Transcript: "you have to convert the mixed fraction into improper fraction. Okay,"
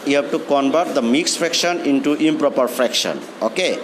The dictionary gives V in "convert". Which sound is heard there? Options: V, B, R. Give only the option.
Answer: B